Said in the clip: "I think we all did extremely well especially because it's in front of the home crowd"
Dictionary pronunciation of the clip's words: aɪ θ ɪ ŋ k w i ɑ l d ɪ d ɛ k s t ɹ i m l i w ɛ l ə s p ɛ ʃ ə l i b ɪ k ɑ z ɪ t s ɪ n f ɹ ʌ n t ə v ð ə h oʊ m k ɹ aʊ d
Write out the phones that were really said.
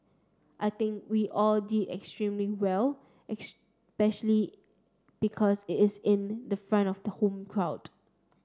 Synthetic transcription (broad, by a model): aɪ t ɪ ŋ k w i ɑ l d ɪ d ɛ k s t ɹ i m l i w ɛ l ə s p ɛ ʃ ə l i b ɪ k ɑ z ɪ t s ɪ n f ɹ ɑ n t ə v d ə h oʊ m k ɹ aʊ d